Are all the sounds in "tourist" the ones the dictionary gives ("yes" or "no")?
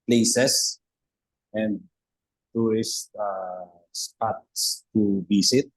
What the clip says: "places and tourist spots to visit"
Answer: no